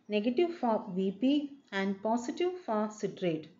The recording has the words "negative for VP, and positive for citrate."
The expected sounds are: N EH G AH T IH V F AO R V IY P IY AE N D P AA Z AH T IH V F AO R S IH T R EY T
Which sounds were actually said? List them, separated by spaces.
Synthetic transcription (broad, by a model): N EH G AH T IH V F AO R V IY P IY AE N D P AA S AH T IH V F AO R S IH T R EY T